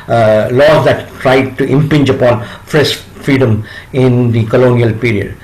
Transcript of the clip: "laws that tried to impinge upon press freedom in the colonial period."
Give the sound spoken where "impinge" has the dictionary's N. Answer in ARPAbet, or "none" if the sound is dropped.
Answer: N